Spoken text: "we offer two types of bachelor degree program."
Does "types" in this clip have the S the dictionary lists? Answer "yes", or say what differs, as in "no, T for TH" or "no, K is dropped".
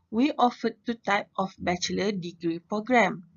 no, S is dropped